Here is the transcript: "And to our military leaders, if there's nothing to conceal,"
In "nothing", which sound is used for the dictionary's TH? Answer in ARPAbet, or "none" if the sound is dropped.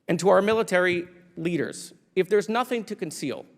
TH